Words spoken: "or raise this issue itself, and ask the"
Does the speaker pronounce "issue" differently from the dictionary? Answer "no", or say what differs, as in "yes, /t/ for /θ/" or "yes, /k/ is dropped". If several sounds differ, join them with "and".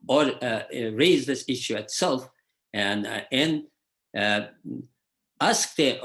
no